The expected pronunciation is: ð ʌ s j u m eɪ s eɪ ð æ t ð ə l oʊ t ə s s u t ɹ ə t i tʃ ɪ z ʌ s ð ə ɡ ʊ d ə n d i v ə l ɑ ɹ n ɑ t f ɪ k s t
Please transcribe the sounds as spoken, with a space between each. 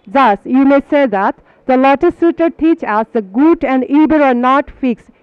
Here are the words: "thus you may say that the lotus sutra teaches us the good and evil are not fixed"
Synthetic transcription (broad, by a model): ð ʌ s j u m eɪ s eɪ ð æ t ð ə l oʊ t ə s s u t ə t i tʃ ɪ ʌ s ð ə ɡ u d ə n d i b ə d ɑ ɹ n ɑ t f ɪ k s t